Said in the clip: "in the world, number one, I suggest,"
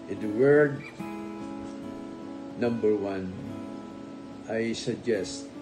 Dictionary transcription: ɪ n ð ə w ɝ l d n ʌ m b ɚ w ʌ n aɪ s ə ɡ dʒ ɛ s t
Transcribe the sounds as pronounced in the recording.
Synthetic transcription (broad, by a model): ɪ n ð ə w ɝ d n ʌ m b ɚ w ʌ n aɪ s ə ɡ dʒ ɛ s t